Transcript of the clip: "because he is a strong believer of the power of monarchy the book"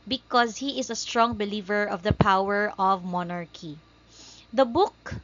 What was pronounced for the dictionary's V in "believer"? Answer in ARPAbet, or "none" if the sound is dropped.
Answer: V